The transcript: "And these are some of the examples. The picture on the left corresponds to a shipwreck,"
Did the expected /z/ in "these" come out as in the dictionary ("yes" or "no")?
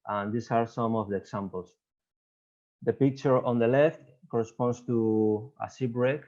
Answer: no